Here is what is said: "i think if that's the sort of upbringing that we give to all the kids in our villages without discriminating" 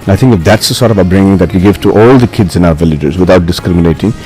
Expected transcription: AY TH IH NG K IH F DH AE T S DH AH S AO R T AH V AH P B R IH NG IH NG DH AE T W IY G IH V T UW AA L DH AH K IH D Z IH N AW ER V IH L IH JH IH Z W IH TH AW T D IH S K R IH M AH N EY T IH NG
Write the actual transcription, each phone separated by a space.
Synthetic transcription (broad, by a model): AY T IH NG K IH F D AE T S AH S AO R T AH V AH B R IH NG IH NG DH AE T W IY G IH V T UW AA L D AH K IH D Z IH N AW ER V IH L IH JH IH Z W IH T AW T D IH S K R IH M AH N EY T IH NG